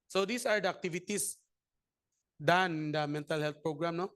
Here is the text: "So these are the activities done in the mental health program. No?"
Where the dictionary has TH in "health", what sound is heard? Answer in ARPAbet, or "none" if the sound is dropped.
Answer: T